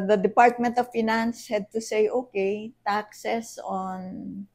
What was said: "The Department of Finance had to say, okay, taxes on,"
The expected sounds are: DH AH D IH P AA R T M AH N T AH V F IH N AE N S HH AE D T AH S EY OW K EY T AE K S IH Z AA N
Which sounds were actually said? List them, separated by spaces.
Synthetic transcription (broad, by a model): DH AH D IH P AA R T M AH N T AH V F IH N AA N S HH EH D T AH S EY OW K EY T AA K S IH S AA N